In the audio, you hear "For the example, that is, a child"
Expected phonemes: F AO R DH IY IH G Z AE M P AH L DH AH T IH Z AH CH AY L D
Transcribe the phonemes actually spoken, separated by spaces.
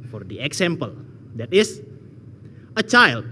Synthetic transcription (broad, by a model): F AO R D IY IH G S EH M P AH L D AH T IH S AH CH AY L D